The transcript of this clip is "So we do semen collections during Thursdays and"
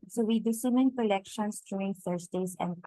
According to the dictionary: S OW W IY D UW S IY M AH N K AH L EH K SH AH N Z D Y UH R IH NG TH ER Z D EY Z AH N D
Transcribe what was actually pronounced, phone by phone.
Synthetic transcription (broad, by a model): S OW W IY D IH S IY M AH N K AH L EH K SH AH N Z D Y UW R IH NG F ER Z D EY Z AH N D